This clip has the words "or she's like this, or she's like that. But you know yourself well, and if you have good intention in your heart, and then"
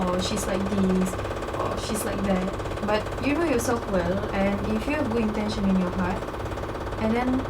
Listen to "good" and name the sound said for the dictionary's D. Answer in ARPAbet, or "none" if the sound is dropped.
none